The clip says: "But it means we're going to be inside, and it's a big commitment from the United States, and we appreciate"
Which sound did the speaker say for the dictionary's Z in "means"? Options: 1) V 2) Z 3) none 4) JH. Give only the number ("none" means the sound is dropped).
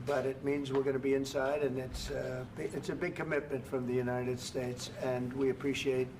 2